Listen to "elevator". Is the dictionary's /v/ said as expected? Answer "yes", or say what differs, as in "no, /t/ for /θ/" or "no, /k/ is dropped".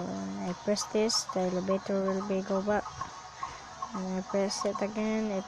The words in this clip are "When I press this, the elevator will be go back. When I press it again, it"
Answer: no, /b/ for /v/